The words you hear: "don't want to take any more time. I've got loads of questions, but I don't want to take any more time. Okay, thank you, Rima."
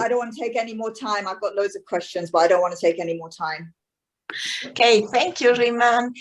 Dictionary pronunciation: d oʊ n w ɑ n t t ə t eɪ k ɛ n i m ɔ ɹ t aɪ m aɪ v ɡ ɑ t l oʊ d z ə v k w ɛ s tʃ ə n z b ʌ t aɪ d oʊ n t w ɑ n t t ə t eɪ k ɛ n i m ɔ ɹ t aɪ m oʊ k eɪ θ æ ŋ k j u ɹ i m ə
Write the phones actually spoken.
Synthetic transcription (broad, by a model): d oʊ n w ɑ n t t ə t eɪ k ɛ n i m ɔ t aɪ m aɪ v ɡ ɑ t l oʊ d z ə v k w ɛ s tʃ ə n z b ʌ t aɪ d oʊ n t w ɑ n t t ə t eɪ k ɛ n i m ɔ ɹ t aɪ m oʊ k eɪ θ æ ŋ k j u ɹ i m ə